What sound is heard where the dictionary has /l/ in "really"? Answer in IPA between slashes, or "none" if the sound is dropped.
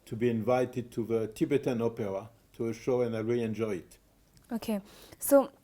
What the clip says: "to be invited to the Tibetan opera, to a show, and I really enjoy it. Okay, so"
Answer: none